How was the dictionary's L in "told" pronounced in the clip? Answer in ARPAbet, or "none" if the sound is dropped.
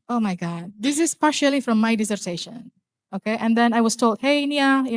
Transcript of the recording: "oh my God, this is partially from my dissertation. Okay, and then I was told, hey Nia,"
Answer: L